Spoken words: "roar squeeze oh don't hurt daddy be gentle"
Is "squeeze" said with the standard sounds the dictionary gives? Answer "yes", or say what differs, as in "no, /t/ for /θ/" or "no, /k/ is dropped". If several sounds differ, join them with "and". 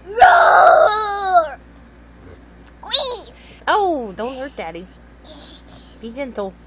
no, /z/ is dropped